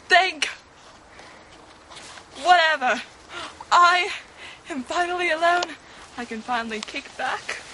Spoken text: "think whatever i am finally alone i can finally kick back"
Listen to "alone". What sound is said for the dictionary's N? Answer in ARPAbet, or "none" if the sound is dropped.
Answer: N